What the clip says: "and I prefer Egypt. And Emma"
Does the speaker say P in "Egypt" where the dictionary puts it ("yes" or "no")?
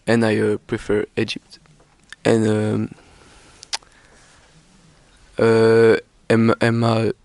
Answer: yes